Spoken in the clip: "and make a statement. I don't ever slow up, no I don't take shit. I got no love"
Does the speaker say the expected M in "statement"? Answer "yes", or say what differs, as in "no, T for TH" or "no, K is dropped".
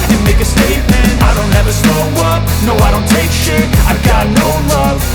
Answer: yes